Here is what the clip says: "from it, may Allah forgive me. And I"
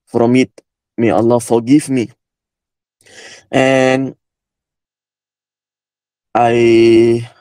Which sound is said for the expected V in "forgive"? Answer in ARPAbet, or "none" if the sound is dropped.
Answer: F